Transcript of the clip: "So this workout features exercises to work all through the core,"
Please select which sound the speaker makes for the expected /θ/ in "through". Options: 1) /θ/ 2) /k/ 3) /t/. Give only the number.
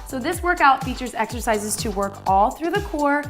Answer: 1